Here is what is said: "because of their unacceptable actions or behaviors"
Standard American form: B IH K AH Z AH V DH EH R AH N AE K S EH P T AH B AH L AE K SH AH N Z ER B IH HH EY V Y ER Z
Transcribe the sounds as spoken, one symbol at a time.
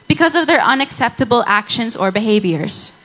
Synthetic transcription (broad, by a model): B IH K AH Z AH V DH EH R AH N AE K S EH P T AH B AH L AE K SH AH N Z ER B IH HH EY V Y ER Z